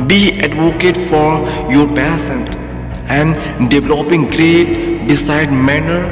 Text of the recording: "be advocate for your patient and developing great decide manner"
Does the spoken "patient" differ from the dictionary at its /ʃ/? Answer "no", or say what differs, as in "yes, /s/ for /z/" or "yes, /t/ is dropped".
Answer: yes, /s/ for /ʃ/